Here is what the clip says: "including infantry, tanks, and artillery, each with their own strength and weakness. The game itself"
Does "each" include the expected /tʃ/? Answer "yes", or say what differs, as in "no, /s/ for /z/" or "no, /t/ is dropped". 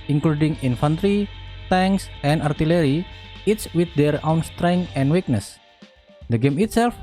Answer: no, /s/ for /tʃ/